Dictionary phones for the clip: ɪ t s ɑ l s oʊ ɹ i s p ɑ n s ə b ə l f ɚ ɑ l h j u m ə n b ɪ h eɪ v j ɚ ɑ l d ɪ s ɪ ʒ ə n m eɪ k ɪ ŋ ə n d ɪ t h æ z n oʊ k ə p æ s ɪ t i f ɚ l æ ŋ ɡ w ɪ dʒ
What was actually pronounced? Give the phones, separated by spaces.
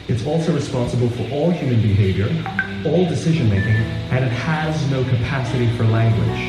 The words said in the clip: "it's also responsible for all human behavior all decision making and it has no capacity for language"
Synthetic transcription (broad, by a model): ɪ t s ɑ l s oʊ ɹ i s p ɑ n s ə b ə l f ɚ ɑ l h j u m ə n b ɪ h eɪ v j ɚ ɑ l d ɪ s ɪ ʒ ə n m eɪ k ɪ ŋ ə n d ɪ t h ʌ z n oʊ k ə p æ s ɪ t i f ɚ l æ ŋ ɡ w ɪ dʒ